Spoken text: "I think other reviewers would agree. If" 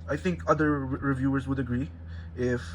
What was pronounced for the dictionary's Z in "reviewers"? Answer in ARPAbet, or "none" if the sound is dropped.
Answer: Z